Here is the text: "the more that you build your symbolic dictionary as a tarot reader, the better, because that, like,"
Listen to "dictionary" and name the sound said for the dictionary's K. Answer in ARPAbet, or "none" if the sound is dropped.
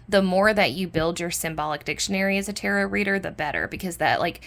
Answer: K